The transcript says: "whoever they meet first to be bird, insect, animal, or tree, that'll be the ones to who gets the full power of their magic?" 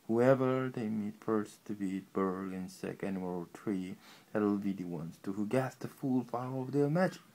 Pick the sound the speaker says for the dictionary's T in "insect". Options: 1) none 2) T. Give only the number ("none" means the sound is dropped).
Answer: 1